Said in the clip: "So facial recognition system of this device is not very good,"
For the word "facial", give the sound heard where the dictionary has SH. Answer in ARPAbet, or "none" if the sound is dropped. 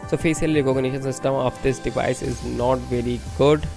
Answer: S